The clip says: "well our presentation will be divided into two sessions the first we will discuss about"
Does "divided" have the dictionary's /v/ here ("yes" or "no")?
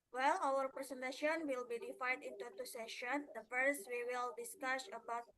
no